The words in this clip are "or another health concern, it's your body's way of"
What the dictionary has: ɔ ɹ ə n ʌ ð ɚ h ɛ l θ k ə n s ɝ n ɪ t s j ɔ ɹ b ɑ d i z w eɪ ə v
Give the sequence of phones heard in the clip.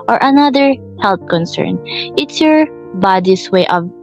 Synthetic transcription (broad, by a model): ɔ ɹ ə n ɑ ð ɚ h ɛ l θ k ə n s ɝ n ɪ t s j ɔ ɹ b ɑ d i s w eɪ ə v